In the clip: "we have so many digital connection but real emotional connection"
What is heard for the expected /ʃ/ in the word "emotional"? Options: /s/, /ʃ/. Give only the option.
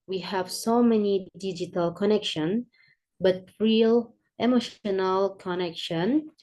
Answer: /ʃ/